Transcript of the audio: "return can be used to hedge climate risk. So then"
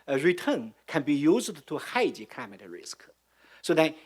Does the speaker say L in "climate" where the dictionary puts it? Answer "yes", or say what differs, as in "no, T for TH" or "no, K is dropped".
no, L is dropped